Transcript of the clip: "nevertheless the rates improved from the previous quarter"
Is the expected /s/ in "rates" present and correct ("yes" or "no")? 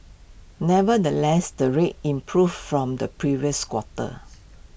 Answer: no